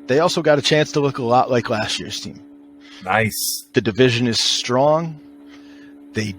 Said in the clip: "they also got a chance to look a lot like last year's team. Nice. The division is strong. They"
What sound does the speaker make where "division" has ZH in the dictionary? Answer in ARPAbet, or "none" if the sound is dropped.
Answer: ZH